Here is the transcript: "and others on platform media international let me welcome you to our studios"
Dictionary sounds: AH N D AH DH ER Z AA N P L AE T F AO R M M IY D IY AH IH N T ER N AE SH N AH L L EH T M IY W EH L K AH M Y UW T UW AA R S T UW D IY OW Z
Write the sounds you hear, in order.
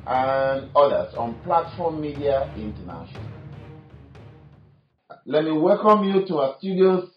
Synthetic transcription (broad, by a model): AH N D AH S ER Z AA N P L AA T F AO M M IY D IY AH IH N T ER N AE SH AH N L EH T M IY W EH L K AH M Y UW T UW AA S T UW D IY OW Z